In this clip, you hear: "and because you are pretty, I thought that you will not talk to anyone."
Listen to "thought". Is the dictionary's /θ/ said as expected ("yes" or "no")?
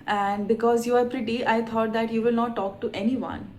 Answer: no